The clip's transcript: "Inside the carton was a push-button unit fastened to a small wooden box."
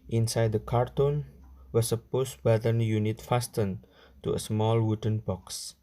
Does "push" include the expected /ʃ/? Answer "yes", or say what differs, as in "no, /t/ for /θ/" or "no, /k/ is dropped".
no, /s/ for /ʃ/